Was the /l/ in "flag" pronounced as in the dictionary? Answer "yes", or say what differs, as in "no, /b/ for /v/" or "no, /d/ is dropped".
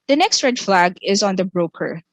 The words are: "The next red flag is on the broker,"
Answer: yes